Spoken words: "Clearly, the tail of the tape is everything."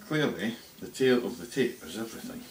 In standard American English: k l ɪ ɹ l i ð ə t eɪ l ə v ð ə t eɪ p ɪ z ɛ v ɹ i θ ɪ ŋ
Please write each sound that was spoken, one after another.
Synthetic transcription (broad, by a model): k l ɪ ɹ l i ð ə t eɪ l ə v ð ə t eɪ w ɪ z ɛ v ɹ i θ ɪ ŋ